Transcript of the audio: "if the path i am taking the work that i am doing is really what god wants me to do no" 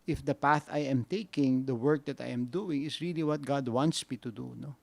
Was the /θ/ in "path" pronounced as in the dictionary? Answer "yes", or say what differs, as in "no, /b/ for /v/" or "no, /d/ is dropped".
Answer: yes